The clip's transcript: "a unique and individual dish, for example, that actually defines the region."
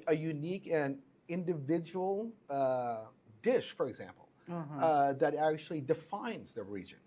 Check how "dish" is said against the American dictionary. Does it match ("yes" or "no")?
yes